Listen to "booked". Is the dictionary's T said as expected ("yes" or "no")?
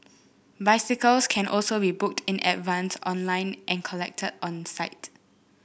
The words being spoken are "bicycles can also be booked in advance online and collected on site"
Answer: yes